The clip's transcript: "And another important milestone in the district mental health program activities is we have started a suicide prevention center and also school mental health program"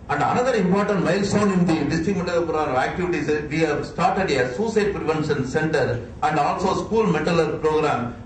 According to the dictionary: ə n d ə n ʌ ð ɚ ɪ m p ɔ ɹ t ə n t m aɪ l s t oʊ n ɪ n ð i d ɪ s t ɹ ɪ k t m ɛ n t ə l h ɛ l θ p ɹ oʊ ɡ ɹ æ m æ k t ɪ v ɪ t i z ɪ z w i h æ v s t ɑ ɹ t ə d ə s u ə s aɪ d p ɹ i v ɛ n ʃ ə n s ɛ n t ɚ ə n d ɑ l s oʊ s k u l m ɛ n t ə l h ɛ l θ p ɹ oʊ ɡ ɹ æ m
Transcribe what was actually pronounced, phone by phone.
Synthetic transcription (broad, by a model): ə n d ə n ʌ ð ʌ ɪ m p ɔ ɹ t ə n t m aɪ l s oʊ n ɪ n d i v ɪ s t ɪ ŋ m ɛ t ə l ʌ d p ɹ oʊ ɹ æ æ k t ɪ v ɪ t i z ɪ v i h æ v s t ɑ ɹ t ə d ə s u s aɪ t p ɹ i v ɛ n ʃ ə n s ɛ n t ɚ ə n d ɑ l s oʊ s k u l m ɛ t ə l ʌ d p ɹ oʊ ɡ ɹ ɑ m